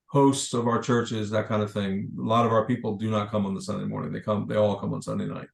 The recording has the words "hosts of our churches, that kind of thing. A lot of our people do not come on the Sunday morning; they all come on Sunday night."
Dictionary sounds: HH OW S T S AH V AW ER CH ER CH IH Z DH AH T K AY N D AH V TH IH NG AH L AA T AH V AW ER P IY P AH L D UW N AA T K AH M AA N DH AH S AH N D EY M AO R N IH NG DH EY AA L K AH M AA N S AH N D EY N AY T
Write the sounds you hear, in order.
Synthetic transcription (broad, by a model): HH OW S T S AH V AW ER CH ER CH IH Z DH AH T K AY N D AH V TH IH NG AH L AA T AH V AW ER P IY P L D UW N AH T K AH M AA N DH AH S AH N D EY M AO R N IH NG DH EY AA L K AH M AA N S AH N D EY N AY T